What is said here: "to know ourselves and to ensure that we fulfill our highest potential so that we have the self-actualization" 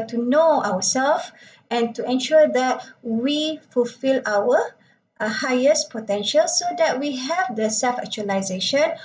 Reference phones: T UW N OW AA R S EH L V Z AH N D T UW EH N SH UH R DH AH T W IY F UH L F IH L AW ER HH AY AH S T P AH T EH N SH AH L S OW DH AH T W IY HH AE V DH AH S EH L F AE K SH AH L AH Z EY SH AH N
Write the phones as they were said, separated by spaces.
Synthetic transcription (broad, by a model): T UW N OW AA W S EH L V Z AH N T UW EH N SH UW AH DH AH T W IY F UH L F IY L AW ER HH AY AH S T P AH T EH N SH AH L S OW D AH T W IY HH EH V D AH S EH L F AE K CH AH L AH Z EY SH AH N